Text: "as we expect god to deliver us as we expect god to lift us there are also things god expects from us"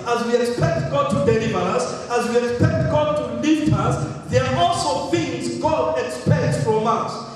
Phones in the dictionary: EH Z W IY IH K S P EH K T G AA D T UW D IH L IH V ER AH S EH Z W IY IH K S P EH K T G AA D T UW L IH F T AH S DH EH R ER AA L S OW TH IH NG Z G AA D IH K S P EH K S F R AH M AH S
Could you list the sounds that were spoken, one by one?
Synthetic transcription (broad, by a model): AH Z W IY IH K S P EH K T G AA D T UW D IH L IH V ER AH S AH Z W IY IH K S P EH K T G AA D T UW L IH T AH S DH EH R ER AA L S OW TH IH NG Z G AA D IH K S P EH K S F R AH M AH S